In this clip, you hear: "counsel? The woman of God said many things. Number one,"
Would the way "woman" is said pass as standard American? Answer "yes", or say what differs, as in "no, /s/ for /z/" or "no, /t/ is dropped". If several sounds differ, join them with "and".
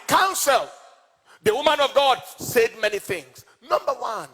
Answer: yes